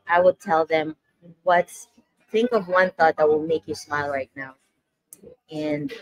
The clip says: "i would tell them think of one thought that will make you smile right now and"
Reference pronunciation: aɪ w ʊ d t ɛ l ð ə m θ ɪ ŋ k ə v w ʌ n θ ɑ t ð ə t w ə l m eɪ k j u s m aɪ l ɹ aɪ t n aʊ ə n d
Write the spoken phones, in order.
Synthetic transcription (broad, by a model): aɪ w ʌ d t ɛ l ð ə m θ ɪ ŋ k ə v w ʌ n θ ɑ t ð ə t w ə l m eɪ k j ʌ s m aɪ l ɹ aɪ t n aʊ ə n